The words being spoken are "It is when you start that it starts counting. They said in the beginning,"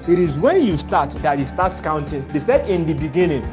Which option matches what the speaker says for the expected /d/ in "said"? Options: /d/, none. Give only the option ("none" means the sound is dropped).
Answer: /d/